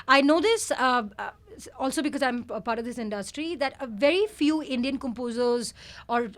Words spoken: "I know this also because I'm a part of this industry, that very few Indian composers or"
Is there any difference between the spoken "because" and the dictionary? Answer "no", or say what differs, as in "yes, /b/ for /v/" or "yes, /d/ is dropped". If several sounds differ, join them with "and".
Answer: no